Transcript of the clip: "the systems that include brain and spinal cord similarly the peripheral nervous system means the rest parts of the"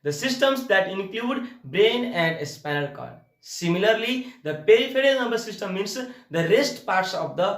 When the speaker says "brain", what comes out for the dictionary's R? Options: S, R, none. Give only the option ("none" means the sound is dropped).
R